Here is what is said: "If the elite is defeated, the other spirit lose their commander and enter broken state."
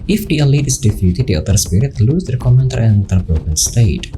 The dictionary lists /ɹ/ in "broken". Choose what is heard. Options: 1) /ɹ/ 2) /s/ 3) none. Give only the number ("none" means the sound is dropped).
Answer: 3